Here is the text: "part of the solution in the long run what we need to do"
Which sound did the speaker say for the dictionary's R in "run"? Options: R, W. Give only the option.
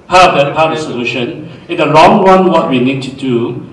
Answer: W